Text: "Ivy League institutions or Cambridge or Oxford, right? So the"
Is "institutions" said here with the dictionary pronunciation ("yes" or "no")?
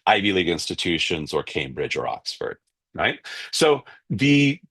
yes